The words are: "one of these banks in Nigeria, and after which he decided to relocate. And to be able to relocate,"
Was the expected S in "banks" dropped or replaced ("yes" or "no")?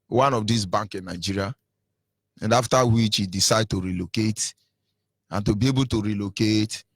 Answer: yes